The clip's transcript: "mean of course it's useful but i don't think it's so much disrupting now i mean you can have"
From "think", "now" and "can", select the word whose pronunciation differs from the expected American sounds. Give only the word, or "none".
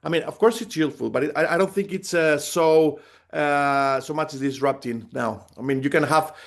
none